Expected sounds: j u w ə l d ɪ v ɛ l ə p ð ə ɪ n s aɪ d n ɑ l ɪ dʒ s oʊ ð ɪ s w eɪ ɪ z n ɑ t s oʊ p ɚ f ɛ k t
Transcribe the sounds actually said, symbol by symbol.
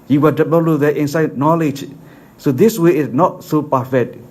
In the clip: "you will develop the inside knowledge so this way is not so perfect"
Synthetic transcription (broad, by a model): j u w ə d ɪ b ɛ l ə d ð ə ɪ n s aɪ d n ɑ l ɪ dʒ s oʊ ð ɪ s w eɪ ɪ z n ɑ t s oʊ p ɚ f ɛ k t